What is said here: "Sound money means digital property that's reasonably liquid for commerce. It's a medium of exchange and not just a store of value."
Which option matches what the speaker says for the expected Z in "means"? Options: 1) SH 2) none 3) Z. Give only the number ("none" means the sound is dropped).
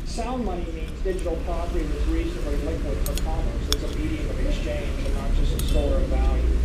3